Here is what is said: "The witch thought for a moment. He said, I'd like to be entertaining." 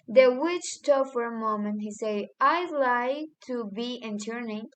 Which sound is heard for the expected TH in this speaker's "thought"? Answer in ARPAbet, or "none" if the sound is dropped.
T